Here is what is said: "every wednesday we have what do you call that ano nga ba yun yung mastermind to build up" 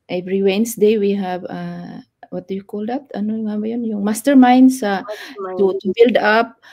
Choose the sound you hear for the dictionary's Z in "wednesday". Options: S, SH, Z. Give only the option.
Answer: S